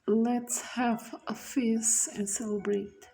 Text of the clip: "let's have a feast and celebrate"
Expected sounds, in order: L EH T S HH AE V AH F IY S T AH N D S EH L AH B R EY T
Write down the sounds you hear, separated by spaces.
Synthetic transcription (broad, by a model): L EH T S HH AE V AH F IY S AH N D S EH L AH B R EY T